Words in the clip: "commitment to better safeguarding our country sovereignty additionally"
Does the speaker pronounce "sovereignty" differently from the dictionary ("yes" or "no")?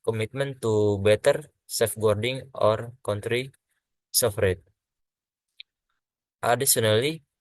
yes